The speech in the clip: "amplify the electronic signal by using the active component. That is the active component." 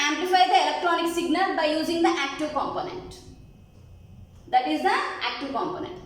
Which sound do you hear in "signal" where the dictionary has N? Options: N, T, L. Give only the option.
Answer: N